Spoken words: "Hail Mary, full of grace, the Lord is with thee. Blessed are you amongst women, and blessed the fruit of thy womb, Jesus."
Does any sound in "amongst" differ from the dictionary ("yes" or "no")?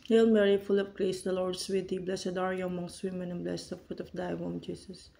no